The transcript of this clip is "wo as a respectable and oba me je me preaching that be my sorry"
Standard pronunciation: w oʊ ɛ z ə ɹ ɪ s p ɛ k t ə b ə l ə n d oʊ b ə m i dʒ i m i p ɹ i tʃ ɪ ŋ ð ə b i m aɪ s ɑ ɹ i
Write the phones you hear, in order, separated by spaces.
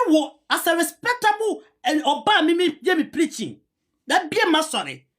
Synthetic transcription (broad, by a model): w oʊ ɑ s ə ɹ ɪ s p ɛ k t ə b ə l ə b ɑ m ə m i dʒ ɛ m i p ɹ i tʃ ɪ ŋ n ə b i m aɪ s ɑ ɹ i